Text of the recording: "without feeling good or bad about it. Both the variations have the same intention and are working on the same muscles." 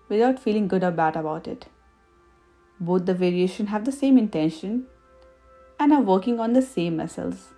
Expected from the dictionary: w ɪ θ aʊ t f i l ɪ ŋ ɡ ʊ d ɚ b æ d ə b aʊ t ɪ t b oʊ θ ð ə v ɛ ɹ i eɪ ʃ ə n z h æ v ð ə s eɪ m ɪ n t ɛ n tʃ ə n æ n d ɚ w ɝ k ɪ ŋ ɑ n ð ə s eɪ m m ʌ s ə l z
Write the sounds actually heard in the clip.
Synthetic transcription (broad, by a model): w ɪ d aʊ t f i l ɪ ŋ ɡ ʊ d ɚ b æ d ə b aʊ t ɪ t b oʊ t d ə v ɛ ɹ i eɪ ʃ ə n h æ v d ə s eɪ m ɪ n t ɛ n ʃ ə n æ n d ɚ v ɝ k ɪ ŋ ɑ n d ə s eɪ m m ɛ s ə l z